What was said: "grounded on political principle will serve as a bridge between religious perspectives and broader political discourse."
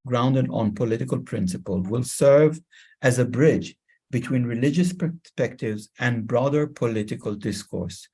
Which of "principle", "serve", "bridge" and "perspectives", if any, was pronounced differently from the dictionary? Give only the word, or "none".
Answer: none